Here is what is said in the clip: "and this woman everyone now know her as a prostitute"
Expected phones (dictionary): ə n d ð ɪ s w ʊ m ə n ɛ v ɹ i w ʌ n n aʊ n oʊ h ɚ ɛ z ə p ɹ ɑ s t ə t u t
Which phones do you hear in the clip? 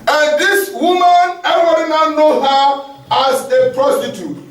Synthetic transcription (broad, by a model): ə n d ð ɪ s w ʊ m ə n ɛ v i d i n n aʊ n oʊ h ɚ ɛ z ə p ɹ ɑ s t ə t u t